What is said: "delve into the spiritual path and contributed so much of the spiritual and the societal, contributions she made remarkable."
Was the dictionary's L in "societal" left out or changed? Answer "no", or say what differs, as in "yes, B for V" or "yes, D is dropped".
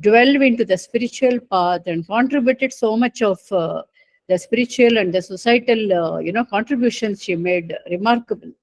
yes, N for L